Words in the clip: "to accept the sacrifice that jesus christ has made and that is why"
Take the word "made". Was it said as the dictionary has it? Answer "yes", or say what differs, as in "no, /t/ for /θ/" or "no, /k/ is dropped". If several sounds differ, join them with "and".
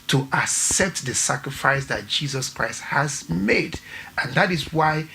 yes